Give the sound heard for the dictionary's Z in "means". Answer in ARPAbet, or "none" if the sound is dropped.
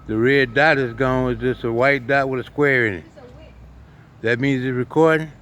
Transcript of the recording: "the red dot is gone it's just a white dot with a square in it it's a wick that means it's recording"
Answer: Z